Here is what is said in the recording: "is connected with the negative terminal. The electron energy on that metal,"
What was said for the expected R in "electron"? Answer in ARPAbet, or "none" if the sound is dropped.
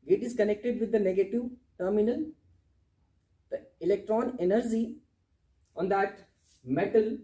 R